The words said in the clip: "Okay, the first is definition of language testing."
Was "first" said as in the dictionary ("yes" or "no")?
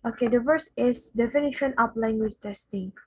no